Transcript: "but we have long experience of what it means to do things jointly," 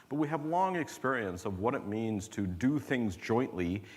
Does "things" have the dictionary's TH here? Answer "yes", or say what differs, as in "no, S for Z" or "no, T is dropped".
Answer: yes